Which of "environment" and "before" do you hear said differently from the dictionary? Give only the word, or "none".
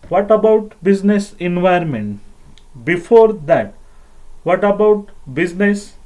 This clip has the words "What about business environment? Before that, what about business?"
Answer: environment